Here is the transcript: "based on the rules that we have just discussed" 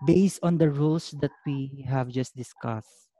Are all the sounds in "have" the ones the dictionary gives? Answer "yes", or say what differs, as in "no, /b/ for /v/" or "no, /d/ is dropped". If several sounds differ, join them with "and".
yes